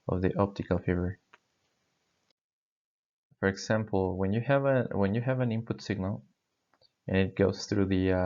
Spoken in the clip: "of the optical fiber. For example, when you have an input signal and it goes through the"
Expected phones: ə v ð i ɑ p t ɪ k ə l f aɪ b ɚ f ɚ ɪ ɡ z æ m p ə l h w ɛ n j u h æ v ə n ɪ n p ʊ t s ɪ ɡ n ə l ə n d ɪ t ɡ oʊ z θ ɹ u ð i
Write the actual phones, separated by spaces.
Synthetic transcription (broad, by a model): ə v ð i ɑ p t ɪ k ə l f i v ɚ f ɚ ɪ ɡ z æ m p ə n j w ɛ n j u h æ v ə n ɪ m p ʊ t s ɪ ɡ n ə l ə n ɪ t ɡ oʊ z θ ɹ u ð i